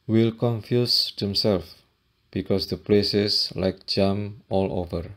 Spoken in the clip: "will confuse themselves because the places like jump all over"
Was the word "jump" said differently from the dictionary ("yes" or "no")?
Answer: yes